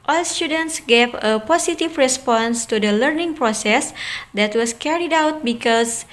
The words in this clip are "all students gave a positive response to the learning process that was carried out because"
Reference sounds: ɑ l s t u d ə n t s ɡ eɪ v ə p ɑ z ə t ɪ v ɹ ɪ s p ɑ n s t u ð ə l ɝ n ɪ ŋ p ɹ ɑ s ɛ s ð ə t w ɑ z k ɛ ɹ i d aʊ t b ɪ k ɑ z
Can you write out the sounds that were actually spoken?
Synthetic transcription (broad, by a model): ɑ l s t u d ə n t s ɡ eɪ v ə p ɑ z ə t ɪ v ɹ ɪ s p ɑ n s t u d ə l ɝ n ɪ ŋ p ɹ ɑ s ɛ s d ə t w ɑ s k ɛ ɹ i d aʊ t b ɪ k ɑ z